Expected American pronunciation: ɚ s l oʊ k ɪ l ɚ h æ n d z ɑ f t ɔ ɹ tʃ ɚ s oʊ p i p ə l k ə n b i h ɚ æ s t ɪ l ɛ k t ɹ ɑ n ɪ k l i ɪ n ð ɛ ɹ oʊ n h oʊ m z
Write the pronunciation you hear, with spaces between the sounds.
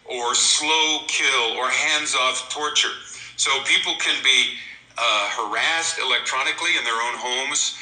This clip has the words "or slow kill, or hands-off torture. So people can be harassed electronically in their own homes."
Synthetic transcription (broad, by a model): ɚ s l oʊ k ɪ l ɚ h æ n d z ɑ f t ɔ ɹ tʃ ɚ s oʊ p i p l k ə n b i h ɚ æ s t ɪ l ɛ k t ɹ ɑ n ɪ k l i ɪ n ð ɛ ɹ oʊ n h oʊ m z